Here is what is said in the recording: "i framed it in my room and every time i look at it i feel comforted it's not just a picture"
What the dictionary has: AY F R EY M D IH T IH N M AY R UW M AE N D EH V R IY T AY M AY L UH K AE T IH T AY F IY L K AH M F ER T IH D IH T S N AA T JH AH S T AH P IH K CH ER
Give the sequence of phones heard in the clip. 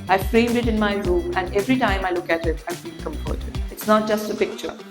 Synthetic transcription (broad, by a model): AY F R EY M D IH T IH N M AY R UW M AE N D EH V R IY T AY M AY L UH K AE T IH T AY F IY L K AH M P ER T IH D IH T S N AA T JH AH S T AH P IH K CH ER